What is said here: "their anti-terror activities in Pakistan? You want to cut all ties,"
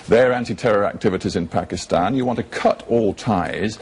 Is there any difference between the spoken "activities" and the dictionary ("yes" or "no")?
no